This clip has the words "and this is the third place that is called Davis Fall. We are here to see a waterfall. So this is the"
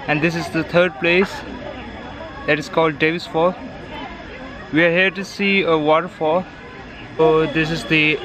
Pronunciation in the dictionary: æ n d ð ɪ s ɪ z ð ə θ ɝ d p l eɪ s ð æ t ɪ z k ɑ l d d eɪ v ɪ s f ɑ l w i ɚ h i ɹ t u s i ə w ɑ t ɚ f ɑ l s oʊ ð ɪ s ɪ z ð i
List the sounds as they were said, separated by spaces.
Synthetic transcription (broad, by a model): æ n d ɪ s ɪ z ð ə t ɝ d p l eɪ s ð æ t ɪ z k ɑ l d d eɪ v ɪ s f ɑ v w i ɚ h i ɹ t u s i ə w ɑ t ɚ f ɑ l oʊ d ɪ s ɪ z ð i